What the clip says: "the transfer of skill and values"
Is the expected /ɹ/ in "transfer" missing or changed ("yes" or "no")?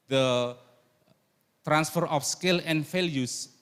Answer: no